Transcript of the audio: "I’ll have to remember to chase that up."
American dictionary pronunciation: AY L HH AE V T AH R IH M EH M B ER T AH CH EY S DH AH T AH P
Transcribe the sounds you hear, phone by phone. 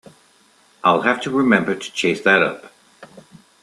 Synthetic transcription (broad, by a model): AY L HH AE F T AH R IH M EH M B ER T AH CH EY S DH AH T AH P